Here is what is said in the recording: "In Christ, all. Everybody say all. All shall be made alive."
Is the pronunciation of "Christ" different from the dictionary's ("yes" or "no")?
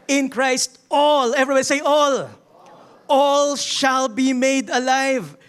no